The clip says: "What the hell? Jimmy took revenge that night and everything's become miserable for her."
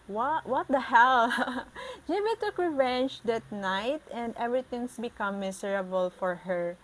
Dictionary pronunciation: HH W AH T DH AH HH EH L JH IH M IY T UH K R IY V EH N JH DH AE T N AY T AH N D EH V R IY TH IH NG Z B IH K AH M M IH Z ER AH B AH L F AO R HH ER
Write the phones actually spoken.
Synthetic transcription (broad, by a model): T W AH T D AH HH EH L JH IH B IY T UH K R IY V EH N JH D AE T N AY T AH N D EH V R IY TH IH NG S B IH K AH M M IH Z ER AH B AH L F AO R HH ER